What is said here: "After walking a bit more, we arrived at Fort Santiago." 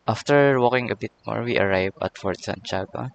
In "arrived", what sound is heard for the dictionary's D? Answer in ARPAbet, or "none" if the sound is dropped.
none